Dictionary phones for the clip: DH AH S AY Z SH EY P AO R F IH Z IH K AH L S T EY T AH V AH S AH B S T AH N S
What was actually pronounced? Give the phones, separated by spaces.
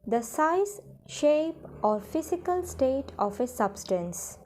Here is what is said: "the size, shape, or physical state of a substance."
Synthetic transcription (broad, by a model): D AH S AY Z SH EY P AO R F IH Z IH K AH L S T EY T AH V AH S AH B S T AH N S